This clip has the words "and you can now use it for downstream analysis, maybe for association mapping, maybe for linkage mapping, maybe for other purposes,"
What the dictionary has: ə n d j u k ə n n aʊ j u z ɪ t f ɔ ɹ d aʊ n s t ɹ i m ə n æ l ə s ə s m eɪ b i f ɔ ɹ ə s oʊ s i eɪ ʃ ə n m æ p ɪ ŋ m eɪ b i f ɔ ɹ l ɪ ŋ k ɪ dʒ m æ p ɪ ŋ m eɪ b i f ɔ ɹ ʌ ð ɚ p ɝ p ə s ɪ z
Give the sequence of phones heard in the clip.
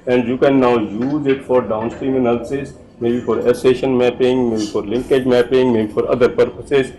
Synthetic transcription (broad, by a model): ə n d j u k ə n n aʊ j u z ɪ t f ɔ ɹ d aʊ n s t ɹ i m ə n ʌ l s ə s m eɪ b i f ɔ ɹ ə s s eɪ ʃ ə n m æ p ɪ ŋ m eɪ b i f ɔ ɹ l ɪ ŋ k ɪ dʒ m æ p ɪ ŋ m eɪ b i f ɔ ɹ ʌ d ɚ p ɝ p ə s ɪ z